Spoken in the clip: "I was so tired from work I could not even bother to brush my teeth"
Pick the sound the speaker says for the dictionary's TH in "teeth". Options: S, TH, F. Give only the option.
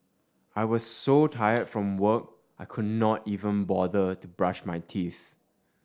TH